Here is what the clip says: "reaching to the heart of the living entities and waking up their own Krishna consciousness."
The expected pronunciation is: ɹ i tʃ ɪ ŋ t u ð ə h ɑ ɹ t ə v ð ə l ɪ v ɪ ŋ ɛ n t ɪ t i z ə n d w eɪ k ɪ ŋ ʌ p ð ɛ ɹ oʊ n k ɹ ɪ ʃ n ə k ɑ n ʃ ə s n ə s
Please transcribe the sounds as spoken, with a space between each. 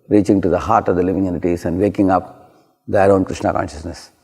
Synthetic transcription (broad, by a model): ɹ i tʃ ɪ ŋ t u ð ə h ɑ ɹ t ə v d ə l ɪ v ɪ ŋ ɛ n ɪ t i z ə n d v eɪ k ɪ ŋ ʌ p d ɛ ɹ oʊ n k ɹ ɪ ʃ n ə k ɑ n ʃ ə s n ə s